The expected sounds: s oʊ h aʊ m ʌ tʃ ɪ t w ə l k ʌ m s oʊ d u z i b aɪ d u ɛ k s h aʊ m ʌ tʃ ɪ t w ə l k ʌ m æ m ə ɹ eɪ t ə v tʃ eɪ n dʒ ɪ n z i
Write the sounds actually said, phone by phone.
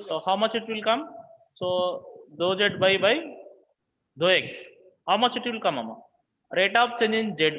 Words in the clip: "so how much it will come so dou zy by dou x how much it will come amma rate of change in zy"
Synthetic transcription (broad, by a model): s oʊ h aʊ m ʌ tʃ ɪ t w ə l k ʌ m s oʊ d u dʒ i b aɪ d u ɛ k s h aʊ m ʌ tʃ ɪ t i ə l k ʌ m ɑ m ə ɹ eɪ t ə p tʃ eɪ n dʒ ɪ n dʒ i